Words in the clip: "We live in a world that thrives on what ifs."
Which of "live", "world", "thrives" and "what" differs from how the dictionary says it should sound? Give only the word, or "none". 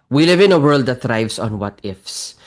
thrives